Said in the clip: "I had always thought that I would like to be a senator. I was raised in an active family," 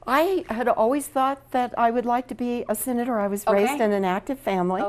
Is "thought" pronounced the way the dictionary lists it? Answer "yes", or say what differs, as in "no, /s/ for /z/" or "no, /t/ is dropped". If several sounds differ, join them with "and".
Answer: yes